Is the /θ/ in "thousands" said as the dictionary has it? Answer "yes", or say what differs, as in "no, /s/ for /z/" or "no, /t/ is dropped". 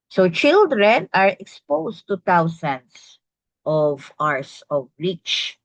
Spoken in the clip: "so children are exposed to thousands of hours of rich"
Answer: no, /t/ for /θ/